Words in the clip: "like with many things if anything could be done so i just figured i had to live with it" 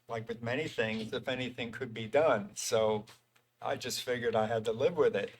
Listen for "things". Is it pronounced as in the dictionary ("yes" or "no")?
yes